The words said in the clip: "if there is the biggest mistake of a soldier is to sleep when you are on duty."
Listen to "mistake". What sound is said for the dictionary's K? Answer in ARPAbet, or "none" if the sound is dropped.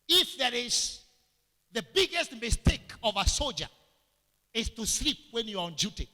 K